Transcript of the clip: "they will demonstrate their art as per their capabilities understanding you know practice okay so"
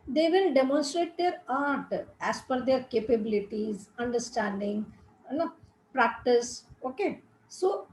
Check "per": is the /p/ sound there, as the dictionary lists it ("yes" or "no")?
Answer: no